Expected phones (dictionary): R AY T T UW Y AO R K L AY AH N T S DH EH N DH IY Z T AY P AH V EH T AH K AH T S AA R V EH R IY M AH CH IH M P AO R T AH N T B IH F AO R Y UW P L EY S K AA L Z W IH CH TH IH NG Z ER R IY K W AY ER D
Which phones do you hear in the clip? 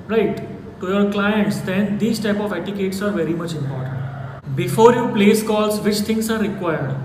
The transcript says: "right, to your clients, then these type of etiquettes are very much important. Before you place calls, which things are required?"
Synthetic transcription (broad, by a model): R AY T T UW Y AO R K L AY AH N T S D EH N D IY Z T AY P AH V EH T AH K AH T S AA R V EH R IY M AH CH IH M P AO R T AH N T B IH F AO R Y UW P L EY S K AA L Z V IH CH T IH NG S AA R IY K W AY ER D